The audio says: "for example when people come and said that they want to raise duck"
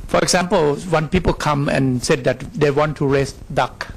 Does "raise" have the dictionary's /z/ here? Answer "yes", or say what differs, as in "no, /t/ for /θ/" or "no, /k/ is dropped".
no, /s/ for /z/